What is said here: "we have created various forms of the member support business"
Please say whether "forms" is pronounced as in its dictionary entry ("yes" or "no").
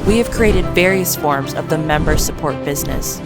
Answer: yes